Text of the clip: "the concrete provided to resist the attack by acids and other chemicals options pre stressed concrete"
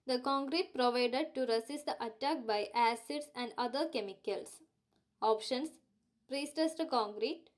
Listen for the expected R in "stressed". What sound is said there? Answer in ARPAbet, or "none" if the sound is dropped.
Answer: none